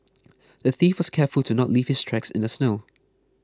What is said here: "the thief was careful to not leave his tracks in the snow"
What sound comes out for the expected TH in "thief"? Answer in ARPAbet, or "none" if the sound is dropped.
TH